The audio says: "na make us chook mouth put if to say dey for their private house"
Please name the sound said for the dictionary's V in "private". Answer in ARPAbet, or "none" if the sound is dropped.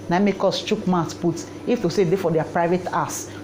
V